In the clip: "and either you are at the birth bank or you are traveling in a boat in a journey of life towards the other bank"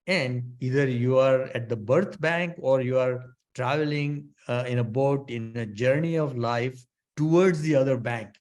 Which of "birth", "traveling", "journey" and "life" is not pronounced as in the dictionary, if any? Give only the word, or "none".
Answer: birth